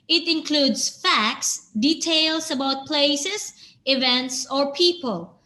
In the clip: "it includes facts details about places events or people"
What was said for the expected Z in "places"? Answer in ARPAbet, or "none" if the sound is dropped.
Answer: S